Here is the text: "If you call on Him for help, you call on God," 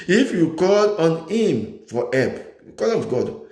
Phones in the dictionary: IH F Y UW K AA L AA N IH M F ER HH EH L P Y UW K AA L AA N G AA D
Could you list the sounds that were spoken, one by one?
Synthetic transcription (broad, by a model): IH F Y UW K AA L AA N IH M F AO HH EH P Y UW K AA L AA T G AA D